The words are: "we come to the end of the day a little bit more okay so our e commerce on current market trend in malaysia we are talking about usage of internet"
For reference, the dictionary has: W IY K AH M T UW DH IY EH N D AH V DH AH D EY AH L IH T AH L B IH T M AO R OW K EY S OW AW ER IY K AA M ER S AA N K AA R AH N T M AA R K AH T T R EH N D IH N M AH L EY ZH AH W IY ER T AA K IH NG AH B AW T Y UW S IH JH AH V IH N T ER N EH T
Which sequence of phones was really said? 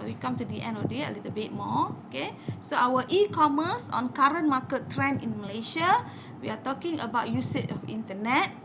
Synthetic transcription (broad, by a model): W IY K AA M T UW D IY EH N D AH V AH D EY AH L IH T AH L B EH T M AO OW K EY S OW AW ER IY K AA M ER S AA N K AA R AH N M AA K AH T T R EH N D IH N M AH L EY SH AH W IY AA T AA K IH NG AH B AW T Y UW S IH CH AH F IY N T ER N EH T